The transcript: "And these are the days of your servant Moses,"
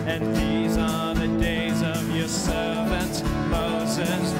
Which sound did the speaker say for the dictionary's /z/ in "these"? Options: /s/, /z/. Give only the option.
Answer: /z/